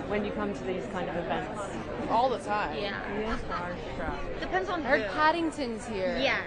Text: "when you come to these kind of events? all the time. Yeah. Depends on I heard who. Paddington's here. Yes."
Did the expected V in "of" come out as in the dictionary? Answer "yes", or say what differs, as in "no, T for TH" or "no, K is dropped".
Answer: yes